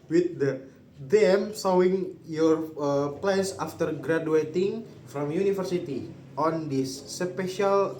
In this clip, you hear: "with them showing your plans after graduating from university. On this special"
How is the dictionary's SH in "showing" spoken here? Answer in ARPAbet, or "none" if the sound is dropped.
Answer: S